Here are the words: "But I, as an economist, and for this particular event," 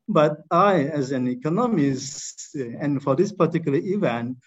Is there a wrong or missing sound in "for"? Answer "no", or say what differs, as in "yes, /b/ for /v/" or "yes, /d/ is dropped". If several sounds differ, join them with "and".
no